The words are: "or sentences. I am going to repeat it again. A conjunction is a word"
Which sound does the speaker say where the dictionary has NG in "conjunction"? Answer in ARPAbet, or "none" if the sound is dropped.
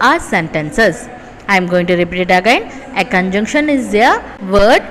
NG